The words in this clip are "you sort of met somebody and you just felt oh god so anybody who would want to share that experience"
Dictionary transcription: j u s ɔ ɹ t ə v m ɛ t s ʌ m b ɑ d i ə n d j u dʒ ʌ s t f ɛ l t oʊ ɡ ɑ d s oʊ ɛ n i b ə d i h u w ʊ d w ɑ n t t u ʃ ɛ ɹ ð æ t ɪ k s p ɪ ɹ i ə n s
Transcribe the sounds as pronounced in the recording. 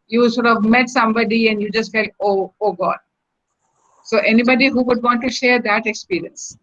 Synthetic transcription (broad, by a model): j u s ɔ ɹ t ə v m ɛ t s ʌ m b ɑ d i ə n d j u dʒ ʌ s t f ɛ l t oʊ ɡ ɑ d s oʊ ɛ n i b ə d i h u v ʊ d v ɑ n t t u ʃ ɛ ɹ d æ t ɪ k s p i ɹ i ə n s